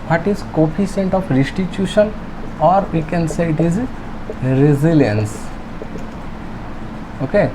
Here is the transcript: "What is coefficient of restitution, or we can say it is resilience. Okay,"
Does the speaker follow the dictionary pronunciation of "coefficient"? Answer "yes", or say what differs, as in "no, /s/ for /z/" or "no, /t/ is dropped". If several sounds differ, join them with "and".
no, /s/ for /ʃ/